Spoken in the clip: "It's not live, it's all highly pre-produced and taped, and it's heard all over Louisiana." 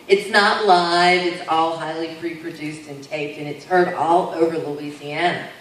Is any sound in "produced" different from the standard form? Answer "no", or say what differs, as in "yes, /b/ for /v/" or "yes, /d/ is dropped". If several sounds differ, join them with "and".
no